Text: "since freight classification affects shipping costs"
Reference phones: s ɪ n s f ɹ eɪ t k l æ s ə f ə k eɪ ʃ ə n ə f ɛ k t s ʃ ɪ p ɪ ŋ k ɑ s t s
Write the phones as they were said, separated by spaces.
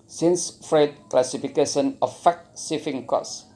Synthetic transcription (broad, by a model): s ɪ n s f ɹ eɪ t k l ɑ s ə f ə k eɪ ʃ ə n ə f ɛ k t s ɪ f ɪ ŋ k ɑ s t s